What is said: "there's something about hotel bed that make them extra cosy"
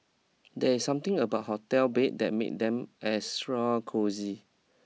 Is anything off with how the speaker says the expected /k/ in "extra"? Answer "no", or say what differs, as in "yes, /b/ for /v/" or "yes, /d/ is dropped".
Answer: yes, /k/ is dropped